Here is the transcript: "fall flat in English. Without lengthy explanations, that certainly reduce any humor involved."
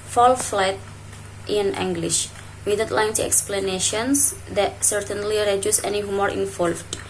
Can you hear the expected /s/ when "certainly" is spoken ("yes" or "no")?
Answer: yes